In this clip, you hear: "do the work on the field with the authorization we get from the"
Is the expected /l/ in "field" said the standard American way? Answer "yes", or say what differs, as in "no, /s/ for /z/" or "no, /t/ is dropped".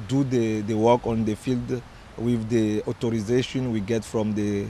yes